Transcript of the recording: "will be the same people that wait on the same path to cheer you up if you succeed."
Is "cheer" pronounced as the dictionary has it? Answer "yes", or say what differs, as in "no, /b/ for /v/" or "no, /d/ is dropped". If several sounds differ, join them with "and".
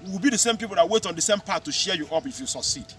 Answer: no, /ʃ/ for /tʃ/